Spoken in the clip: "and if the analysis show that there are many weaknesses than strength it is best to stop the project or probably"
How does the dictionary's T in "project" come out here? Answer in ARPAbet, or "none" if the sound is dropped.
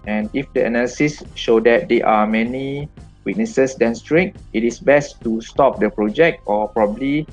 T